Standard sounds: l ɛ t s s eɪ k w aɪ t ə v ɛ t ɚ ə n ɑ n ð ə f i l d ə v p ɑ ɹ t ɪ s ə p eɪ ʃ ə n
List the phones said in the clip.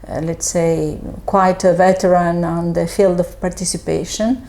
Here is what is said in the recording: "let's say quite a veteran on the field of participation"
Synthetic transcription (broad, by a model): l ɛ t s s eɪ k w aɪ t ə v ɛ t ɚ ə n ɑ n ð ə f i l d ə v p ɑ ɹ t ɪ s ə p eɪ ʃ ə n